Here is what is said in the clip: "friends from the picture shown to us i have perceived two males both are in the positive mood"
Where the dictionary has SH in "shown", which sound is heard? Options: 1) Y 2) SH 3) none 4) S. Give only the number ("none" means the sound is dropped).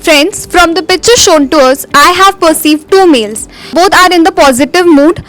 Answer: 2